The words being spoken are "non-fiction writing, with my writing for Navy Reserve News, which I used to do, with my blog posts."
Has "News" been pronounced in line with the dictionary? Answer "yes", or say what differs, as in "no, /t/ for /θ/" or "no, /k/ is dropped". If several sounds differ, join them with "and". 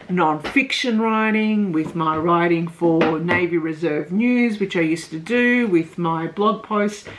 yes